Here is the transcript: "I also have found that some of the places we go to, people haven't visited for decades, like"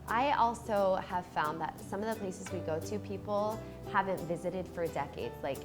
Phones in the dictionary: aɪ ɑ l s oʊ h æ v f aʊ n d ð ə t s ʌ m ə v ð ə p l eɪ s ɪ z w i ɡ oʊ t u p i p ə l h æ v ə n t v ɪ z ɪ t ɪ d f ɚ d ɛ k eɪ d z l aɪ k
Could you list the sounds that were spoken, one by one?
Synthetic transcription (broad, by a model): aɪ ɑ l s oʊ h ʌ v f aʊ n ð ə t s ʌ m ə v ð ə p l eɪ s ɪ z w i ɡ oʊ t u p i p l h æ v ə n t v ɪ z ɪ t ɪ d f ɚ d ɛ k eɪ d z l aɪ k